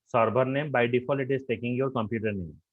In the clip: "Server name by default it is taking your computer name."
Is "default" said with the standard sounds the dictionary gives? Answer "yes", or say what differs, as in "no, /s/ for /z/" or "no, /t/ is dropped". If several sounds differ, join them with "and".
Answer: no, /t/ is dropped